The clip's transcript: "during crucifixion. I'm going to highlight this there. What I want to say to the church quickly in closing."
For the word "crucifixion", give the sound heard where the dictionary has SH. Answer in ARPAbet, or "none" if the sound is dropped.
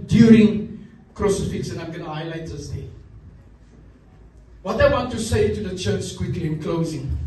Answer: S